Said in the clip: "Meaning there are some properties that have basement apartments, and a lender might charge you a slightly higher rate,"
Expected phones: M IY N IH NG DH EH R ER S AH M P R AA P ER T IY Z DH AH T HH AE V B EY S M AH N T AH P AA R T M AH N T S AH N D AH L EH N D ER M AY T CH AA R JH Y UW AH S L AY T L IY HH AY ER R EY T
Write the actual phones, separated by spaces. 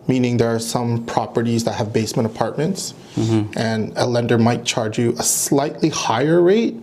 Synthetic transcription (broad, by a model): M IY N IH NG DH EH R S AH M P R AA P ER T IY Z DH AH T HH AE V B EY S M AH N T AH P AA R T M AH N T S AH N AH L EH N D ER M AY T CH AA R JH Y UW AH S L AY T L IY HH AY ER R EY T